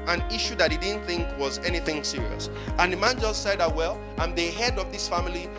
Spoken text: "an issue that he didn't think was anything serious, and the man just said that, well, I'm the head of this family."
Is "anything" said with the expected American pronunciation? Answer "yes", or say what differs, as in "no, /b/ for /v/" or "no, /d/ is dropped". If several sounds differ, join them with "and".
yes